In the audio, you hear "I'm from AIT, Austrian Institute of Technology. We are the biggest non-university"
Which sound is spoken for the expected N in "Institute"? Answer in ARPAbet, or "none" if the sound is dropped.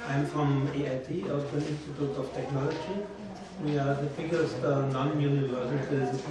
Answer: N